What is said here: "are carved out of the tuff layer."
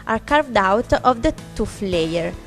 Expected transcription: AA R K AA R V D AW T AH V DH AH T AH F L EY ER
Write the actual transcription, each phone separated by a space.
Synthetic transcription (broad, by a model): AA R K AA R V D AW T AH V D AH T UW F L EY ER